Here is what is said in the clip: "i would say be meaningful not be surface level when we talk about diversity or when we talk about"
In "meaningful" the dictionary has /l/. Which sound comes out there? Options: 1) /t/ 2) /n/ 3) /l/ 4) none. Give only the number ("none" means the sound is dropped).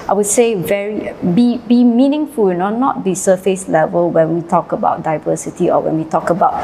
2